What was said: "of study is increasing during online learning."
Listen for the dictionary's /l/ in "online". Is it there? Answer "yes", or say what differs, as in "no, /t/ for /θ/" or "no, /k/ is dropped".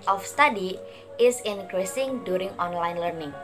yes